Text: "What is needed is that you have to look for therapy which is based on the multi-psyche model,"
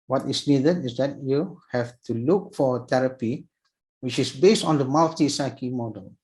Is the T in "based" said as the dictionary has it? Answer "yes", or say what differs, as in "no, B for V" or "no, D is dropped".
yes